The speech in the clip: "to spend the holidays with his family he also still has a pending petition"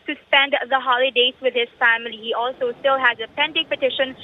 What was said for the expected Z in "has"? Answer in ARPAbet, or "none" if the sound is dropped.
Z